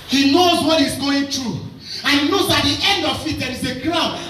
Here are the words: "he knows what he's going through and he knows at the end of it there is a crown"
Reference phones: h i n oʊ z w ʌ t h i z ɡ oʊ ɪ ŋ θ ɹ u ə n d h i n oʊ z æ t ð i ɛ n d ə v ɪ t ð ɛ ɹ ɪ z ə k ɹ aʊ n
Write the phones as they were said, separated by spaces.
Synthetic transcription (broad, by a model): h i n oʊ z w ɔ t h i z ɡ oʊ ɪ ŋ t ɹ u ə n h i n oʊ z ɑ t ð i ɛ n d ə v ɪ t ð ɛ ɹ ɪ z ə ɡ ɹ aʊ n